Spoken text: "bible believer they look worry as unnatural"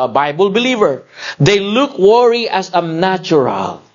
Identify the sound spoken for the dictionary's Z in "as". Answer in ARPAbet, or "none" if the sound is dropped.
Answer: S